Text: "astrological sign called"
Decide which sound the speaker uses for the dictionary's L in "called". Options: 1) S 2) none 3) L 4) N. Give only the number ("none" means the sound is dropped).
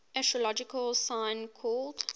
3